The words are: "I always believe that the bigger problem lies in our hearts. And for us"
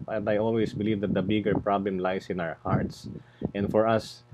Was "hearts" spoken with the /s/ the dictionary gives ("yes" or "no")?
yes